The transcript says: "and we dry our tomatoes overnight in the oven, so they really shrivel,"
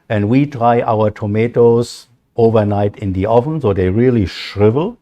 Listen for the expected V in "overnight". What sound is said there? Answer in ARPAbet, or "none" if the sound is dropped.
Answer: V